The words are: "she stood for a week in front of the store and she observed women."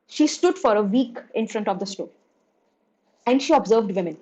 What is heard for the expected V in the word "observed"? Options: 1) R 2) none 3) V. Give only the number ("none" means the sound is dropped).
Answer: 3